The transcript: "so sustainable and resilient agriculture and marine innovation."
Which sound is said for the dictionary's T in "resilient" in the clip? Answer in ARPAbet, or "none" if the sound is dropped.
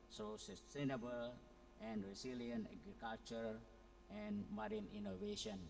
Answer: none